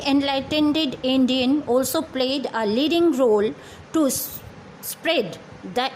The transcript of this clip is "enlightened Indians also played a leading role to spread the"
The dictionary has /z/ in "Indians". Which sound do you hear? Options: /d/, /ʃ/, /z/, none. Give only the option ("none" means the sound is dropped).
none